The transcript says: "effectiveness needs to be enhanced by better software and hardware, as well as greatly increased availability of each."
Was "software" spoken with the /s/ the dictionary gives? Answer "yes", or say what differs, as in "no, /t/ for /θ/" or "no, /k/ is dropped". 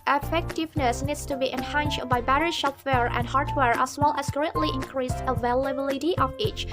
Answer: no, /ʃ/ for /s/